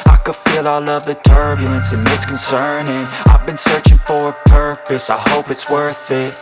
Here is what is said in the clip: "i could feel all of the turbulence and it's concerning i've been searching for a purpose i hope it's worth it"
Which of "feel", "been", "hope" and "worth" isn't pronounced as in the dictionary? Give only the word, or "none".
none